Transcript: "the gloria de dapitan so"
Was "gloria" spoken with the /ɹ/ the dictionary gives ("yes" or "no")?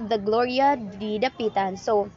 yes